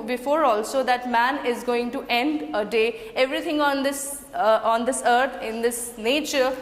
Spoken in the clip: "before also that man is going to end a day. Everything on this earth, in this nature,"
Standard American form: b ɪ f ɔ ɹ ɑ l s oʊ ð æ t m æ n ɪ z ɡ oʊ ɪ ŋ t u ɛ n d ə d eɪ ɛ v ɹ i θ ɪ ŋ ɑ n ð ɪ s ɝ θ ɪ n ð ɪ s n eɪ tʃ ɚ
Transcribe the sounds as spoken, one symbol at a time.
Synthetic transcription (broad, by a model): b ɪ f ɔ ɹ ɑ l s oʊ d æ t m æ n ɪ z ɡ oʊ ɪ ŋ t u ɛ n d ə d eɪ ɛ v ɹ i t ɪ ŋ ɑ n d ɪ s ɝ t ɪ n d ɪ s n eɪ tʃ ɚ